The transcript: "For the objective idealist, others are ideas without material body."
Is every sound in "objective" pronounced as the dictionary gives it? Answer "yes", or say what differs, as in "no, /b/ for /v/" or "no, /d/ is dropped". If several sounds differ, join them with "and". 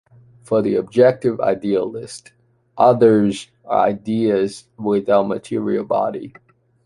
yes